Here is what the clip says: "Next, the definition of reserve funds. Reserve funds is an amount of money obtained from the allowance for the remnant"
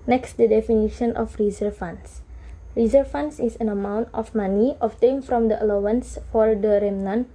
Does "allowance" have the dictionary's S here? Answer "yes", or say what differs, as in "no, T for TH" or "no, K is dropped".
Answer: yes